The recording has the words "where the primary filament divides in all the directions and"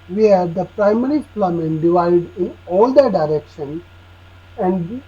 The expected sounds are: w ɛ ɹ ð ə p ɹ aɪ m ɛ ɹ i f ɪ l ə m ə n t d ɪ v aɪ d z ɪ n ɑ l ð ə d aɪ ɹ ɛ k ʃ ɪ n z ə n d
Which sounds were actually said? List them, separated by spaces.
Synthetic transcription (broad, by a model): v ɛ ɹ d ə p ɹ aɪ m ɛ ɹ i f l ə m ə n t d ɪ v aɪ d ɪ n ɑ l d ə d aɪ ɹ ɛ k ʃ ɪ n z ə n d